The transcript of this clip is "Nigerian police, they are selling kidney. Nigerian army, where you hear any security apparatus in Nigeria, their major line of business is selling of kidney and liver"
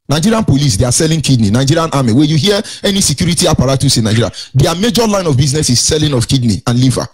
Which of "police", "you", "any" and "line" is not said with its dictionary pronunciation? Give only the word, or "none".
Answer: none